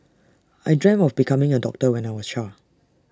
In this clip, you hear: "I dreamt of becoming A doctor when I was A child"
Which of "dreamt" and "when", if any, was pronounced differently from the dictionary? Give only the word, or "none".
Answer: dreamt